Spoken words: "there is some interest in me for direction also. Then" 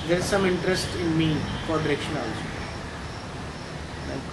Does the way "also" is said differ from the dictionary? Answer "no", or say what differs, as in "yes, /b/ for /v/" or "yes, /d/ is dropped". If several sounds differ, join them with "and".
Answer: yes, /s/ is dropped